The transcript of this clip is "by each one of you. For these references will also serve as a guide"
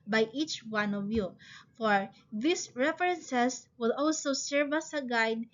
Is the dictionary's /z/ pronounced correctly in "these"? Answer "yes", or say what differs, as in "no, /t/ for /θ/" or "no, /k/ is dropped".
no, /s/ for /z/